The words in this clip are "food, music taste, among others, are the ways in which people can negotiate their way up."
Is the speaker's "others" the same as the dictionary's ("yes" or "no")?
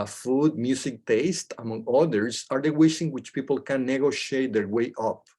no